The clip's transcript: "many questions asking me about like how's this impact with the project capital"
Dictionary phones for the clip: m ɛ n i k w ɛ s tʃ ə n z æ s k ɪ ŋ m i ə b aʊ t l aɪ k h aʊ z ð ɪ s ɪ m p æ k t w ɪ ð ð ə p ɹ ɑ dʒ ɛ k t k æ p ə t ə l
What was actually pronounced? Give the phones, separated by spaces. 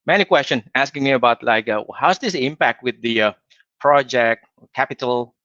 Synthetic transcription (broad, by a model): m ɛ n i k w ɛ s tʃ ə n æ s k ɪ ŋ m i ə b aʊ t l aɪ k h aʊ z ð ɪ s ɪ m p æ k t w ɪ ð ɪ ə p ɹ ɑ dʒ ɛ k t k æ p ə t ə l